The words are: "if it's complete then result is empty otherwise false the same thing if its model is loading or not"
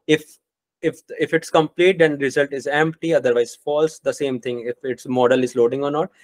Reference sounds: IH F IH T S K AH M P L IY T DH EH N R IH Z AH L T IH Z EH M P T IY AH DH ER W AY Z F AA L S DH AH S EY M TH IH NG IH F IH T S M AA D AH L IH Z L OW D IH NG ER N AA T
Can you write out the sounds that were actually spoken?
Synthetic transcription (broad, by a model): IH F IH T S K AH M P L IY T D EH N R IH Z AH L T IH Z EH M P T IY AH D ER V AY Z F AA L S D AH S EY M T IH NG IH F IH T S M AA D AH L IH Z L OW D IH NG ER N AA T